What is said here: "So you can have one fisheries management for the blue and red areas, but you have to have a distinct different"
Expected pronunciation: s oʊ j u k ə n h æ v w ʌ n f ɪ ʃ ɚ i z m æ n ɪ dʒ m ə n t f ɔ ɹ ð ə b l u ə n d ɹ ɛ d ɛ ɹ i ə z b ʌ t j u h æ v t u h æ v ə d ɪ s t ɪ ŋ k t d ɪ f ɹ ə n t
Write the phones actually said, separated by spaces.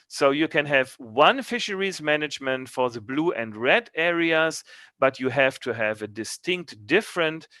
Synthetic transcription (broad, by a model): s oʊ j u k ə n h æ v w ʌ n f ɪ ʃ ɚ i z m æ n ɪ dʒ m ə n t f ɔ ɹ ð ə b l u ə n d ɹ ɛ d ɛ ɹ i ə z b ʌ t j u h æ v t u h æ v ə d ɪ s t ɪ ŋ k t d ɪ f ɹ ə n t